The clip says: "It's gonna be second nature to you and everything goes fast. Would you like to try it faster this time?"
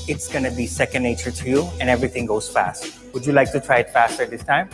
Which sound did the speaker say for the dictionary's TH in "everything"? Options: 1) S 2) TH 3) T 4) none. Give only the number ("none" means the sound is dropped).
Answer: 3